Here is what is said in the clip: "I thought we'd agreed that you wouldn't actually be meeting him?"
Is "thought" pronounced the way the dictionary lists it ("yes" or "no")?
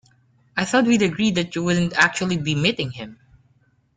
yes